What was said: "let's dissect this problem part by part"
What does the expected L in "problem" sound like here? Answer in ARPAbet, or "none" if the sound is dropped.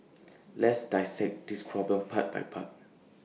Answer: none